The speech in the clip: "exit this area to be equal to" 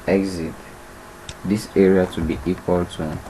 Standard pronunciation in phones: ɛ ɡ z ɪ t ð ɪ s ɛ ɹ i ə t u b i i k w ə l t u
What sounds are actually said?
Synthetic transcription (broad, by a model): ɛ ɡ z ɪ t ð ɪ s ɛ ɹ i ə t u b i i k w ə l t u